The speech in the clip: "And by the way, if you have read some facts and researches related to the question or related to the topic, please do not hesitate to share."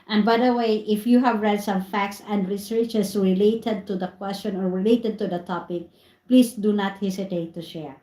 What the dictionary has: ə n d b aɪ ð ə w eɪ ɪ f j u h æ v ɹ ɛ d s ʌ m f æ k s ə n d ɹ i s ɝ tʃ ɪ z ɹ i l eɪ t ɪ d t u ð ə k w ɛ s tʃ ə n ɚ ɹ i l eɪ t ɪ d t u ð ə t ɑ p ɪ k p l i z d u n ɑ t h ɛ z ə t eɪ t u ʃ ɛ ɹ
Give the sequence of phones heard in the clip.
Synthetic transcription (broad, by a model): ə n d b aɪ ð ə w eɪ ɪ f j u h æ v ɹ ɛ d s ʌ m f æ k s ə n d ɹ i s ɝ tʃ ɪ s ɹ i l eɪ t ɪ d t u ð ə k w ɛ s tʃ ə n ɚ ɹ i l eɪ t ɪ d t u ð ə t ɑ p ɪ k p l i s d u n ɑ t h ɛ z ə t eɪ t u ʃ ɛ ɹ